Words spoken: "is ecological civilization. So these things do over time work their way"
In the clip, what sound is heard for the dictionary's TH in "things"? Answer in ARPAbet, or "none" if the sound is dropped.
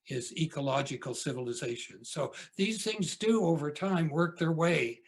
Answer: TH